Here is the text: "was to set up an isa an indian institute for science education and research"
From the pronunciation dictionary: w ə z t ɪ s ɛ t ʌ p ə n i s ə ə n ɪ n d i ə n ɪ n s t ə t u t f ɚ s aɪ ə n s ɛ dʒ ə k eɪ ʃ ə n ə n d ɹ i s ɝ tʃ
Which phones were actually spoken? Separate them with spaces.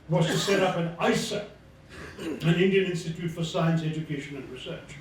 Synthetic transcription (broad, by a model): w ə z t ɪ s ɛ t ʌ p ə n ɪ s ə ə n ɪ n d i ə n ɪ n s t ə t u t f ɚ s aɪ ə n s ɛ dʒ ə k eɪ ʃ ə n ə n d ɹ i s ɝ tʃ